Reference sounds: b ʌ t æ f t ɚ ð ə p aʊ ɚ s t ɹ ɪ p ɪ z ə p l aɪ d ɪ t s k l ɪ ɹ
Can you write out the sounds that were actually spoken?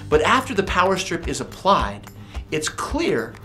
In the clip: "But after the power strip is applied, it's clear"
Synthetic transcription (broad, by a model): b ʌ t æ f t ɚ ð ə p aʊ ɚ s t ɹ ɪ p ɪ z ə p l aɪ d ɪ t s k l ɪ ɹ